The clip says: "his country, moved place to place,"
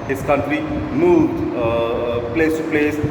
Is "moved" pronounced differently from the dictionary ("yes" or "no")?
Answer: yes